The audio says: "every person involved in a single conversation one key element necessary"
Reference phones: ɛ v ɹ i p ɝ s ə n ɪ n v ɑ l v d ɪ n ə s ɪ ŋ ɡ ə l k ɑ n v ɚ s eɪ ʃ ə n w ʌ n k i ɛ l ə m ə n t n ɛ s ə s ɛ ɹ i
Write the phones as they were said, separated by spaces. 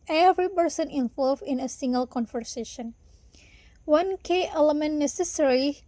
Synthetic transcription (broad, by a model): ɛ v ɹ i p ɝ s ə n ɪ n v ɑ l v ɪ n ə s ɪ ŋ ɡ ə l k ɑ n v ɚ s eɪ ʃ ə n w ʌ n k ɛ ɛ l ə m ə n n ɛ s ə s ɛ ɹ i